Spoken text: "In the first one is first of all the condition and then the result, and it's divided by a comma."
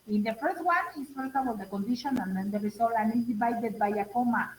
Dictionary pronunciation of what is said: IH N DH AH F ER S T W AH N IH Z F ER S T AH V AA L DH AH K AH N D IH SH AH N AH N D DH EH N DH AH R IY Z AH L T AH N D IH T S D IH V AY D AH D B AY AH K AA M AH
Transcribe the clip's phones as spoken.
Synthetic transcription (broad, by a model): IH N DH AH F ER S T W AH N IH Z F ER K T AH W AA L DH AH K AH N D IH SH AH N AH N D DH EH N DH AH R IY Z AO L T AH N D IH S D IH V AY D AH D B AY AH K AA M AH